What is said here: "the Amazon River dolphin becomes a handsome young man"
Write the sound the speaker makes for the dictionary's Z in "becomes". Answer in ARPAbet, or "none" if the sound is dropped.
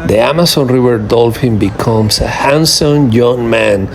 S